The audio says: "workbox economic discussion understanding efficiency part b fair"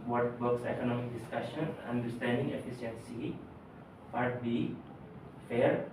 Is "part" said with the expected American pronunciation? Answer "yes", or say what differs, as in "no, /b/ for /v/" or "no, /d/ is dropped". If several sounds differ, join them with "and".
no, /f/ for /p/